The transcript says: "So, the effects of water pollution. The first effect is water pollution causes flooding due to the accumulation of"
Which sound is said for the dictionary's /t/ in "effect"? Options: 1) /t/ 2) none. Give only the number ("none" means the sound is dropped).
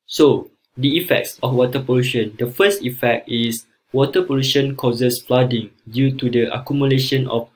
1